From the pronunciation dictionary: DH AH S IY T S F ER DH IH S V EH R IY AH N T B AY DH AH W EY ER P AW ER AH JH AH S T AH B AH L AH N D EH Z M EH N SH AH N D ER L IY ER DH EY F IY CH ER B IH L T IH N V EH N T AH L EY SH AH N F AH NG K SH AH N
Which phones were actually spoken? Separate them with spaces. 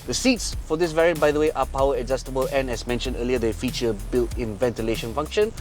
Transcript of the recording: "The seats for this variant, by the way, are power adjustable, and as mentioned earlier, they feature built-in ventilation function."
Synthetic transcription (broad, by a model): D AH S IY T S F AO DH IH S V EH R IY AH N B AY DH AH W EY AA P AW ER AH Z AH S T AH B AH L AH N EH S M EH N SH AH N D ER L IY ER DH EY F IY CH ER B IH L T IH N V EH N T AH L EY SH AH N F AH NG K SH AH N